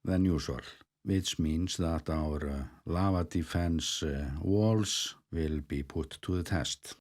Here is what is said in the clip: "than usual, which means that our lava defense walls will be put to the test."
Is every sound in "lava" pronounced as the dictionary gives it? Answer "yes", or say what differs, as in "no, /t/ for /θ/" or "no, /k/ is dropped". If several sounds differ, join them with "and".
yes